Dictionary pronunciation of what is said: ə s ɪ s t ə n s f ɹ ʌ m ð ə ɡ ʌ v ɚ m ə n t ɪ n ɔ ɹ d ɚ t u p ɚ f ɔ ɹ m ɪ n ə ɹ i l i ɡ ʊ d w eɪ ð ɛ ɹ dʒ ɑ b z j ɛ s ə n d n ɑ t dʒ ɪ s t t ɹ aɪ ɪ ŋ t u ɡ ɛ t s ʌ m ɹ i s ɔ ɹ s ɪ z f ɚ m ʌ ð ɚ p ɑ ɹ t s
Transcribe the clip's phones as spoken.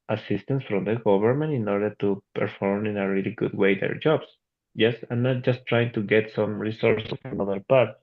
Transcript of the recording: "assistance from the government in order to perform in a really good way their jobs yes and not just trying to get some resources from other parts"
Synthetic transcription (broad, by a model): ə s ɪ s t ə n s f ɹ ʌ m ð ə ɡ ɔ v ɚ m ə n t ɪ n ɔ ɹ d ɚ t u p ɚ f ɔ ɹ m ɪ n ə ɹ i l i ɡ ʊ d w eɪ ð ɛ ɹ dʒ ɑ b s j ɛ s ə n n ɑ t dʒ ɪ s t t ɹ aɪ ɪ ŋ t u ɡ ɛ t s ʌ m ɹ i s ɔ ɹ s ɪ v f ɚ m ʌ ð ɚ p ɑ ɹ t